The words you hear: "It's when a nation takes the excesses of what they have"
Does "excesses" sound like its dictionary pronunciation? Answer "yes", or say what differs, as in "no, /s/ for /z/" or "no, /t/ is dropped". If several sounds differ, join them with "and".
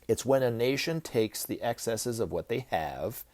yes